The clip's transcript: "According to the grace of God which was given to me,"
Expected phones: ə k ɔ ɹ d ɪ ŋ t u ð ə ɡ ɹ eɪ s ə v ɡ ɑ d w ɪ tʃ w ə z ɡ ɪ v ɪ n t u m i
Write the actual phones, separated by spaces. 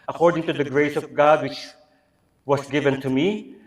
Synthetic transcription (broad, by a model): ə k ɔ ɹ d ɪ ŋ t u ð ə ɡ ɹ eɪ s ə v ɡ ɑ d w ɪ tʃ w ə s ɡ ɪ v ɪ n t u m i